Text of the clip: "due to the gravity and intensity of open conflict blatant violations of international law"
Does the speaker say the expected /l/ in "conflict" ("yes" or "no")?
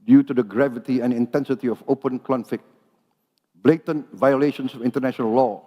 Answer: no